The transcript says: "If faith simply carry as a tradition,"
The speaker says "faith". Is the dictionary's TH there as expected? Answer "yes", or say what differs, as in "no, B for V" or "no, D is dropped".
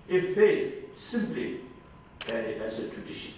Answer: no, T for TH